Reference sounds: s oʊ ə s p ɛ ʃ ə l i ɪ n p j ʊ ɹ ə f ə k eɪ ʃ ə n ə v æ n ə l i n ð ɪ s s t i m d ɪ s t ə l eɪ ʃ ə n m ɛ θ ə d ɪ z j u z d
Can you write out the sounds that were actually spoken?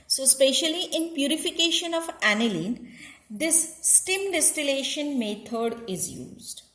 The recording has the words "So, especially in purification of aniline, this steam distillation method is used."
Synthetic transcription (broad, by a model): s oʊ s p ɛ ʃ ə l i ɪ n p j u ɹ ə f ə k eɪ ʃ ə n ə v æ n ə l i n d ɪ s s t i m d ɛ s t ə l eɪ ʃ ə n m ɛ t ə d ɪ z j u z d